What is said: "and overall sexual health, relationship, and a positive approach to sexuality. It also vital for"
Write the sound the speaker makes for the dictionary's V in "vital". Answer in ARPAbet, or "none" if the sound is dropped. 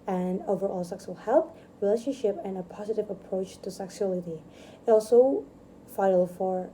F